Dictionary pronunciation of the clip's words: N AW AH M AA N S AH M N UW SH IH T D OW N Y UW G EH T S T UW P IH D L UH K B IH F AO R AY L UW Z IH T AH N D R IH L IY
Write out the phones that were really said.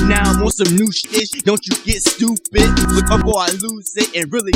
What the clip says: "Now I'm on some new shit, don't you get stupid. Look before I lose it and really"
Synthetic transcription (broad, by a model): N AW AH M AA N S AH M N UW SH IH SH D OW N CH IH G EH T S T UW P IH D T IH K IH P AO L AY L UW Z IH T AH N R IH L IY